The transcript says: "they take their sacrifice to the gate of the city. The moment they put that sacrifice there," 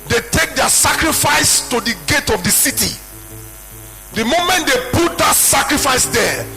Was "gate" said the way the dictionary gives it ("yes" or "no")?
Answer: yes